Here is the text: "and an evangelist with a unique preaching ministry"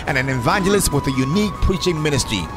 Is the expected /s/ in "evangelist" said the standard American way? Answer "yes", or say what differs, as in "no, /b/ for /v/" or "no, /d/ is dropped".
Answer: yes